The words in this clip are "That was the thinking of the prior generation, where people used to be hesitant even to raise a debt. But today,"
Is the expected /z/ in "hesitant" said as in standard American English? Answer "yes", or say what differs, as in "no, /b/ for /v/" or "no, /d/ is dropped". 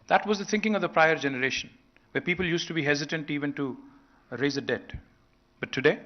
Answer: yes